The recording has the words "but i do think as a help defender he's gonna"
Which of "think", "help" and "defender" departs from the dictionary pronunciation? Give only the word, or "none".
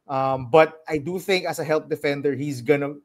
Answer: none